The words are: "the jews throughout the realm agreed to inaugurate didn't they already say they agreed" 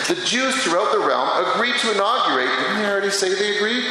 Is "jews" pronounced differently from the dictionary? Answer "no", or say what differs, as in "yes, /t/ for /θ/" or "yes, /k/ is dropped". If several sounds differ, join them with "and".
no